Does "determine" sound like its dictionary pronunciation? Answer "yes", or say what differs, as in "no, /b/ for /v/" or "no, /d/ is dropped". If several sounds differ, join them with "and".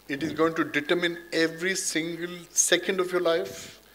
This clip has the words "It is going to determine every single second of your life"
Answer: yes